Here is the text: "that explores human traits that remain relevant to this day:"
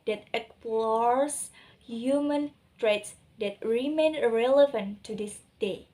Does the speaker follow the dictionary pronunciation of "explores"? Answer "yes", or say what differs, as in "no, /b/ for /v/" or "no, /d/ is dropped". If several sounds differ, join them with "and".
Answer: no, /s/ is dropped and /s/ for /z/